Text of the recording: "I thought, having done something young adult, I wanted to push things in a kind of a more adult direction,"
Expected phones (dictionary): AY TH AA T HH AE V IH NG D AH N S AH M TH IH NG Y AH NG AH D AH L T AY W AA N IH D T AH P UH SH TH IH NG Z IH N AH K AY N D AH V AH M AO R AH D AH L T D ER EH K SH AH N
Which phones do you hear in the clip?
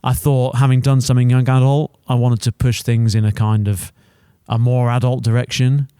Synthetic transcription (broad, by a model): AY TH AA T HH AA V IH NG D AH N S AH M TH IH NG Y AH NG AH D AH L T AY W AA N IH D T AH P UH SH TH IH NG Z IH N AH K AY N D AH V AH M AO R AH D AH L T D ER EH K SH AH N